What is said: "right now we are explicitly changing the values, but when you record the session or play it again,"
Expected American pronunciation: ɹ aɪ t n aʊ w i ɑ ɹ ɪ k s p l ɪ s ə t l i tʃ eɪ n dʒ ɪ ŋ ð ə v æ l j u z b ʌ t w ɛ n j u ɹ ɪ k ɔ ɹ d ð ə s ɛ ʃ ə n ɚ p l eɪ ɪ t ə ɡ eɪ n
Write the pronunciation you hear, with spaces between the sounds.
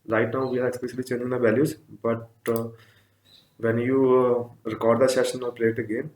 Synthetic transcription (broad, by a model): ɹ aɪ t n aʊ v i ɑ ɹ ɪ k s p l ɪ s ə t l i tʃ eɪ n ɪ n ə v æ l j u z b ʌ t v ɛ n j u ɹ ɪ k ɔ ɹ d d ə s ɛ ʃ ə n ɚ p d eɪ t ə ɡ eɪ n